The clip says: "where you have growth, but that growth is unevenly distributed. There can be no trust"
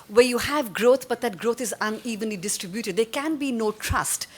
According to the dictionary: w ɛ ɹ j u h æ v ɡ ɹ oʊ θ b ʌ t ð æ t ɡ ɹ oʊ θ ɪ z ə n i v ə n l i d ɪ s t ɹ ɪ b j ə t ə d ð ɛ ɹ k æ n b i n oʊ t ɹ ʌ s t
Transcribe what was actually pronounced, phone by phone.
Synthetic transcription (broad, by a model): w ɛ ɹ j u h æ v ɡ ɹ oʊ t b ʌ t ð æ t ɡ ɹ oʊ t ɪ z ə n i v ə n l i d ɪ s t ɹ ɪ b j ə t ə d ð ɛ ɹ k æ n b i n oʊ t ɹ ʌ s t